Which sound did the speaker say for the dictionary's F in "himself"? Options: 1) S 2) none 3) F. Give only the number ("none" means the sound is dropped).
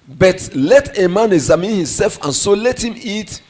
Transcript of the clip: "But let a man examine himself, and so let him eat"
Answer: 3